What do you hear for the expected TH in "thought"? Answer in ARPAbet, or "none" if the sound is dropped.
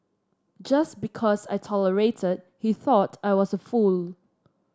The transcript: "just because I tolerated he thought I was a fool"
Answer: TH